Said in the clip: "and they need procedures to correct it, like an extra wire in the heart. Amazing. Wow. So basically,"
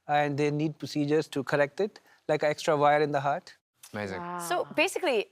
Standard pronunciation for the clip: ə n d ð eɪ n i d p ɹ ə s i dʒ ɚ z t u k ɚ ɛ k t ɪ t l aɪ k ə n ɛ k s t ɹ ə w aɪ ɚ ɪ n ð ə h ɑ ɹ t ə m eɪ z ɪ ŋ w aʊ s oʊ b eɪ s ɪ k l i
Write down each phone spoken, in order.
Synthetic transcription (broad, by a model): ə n d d eɪ n i d p ɹ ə s i dʒ ɚ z t u k ɚ ɛ k t ɪ t l aɪ k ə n ɛ k s t ɹ ə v aɪ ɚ ɪ n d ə h ɑ ɹ t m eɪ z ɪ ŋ s oʊ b eɪ s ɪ k l i